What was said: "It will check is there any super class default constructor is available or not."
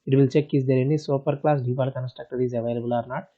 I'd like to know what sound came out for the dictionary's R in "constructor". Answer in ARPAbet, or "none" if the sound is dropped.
none